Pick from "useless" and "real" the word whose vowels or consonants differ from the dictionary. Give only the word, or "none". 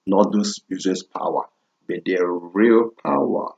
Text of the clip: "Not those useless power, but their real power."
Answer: useless